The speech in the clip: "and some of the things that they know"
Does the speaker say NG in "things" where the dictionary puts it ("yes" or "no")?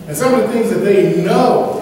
yes